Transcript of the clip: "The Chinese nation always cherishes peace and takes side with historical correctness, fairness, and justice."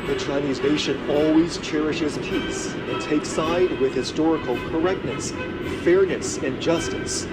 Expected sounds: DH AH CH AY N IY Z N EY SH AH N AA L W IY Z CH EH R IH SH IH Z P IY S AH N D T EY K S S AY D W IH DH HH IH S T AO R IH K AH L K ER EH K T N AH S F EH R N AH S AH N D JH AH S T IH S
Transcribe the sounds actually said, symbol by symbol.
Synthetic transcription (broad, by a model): DH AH CH AY N IY Z N EY SH AH N AA L W IY Z CH EH R IH SH IH Z P IY S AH N T EY K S S AY D W IH DH HH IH S T AO R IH K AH L K ER EH K T N AH S F EH R N AH S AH N JH AH S T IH S